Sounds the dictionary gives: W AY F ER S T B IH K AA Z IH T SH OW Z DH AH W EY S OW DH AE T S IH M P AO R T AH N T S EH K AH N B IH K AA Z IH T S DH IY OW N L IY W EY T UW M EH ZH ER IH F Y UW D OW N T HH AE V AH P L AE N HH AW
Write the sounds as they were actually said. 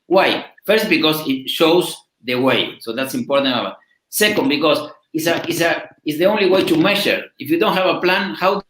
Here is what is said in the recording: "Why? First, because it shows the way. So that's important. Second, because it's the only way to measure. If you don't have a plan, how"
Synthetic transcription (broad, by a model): W AY F ER S T B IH K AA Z IH T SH OW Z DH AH W EY S OW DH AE T S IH M P AO R T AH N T S EH K AH N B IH K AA S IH S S DH IY OW N L IY W EY T UW M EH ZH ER IH F Y UW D OW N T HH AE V AH P L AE N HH AW